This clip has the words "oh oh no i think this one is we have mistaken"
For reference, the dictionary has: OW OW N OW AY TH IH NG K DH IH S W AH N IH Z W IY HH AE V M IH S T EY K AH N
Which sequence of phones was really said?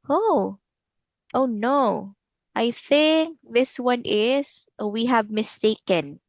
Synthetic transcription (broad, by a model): OW OW N OW AY TH IH NG K DH IH S W AH N IH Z W IY HH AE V M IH S T EY K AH N